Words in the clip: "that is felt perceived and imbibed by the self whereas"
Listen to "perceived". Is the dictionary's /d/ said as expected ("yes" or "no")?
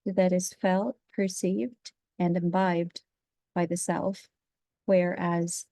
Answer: yes